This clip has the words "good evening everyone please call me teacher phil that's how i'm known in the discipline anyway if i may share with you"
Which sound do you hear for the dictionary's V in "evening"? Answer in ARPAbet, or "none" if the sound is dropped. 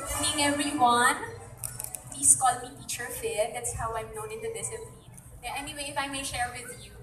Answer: none